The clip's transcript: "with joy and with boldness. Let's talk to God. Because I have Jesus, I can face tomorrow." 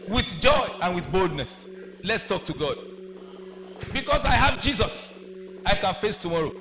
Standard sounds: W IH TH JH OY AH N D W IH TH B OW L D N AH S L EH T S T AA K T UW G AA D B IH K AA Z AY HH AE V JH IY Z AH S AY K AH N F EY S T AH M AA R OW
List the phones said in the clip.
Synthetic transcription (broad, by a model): W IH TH JH OY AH N W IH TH B OW L D N AH S L EH T S T AA K T UW G AA D B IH K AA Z AY HH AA V JH IY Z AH S AY K AH N F EY S T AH M AA R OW